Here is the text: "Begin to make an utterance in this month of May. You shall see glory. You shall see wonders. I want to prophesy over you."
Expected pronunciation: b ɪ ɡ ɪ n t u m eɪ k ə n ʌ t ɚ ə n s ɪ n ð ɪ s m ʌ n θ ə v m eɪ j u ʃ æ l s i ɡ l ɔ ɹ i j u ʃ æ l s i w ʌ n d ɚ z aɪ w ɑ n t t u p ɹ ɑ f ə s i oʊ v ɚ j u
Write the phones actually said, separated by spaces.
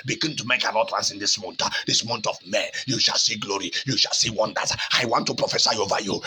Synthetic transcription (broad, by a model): b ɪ ɡ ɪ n t u m eɪ k ə n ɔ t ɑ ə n s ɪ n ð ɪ s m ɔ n t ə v m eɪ j u ʃ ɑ l s i ɡ l ɔ ɹ i j u ʃ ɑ l s i w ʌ n d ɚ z aɪ w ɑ n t t u p ɹ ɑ f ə s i oʊ v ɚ j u